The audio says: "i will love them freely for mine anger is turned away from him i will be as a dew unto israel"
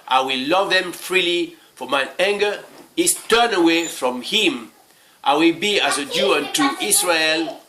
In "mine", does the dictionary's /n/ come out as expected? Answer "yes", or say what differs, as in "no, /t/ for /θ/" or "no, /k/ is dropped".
no, /n/ is dropped